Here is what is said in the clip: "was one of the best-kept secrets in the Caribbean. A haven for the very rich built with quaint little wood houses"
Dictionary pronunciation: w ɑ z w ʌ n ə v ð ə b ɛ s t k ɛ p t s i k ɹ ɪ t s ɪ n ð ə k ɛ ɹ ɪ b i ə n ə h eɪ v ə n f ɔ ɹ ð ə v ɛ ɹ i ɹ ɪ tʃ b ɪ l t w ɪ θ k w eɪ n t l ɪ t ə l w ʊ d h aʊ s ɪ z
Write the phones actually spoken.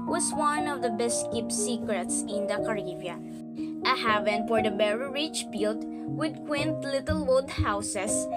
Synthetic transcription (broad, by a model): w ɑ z w ʌ n ə v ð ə b ɛ s t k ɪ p s i k ɹ ɪ t s ɪ n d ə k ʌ ɹ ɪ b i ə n ə h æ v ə n f ɔ ɹ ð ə b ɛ ɹ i ɹ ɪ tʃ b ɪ l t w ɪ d k w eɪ n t l ɪ t ə l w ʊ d h aʊ s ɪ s